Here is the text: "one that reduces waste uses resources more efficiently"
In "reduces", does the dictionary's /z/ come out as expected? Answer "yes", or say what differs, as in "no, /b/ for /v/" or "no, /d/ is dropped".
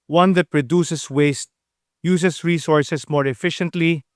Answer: no, /s/ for /z/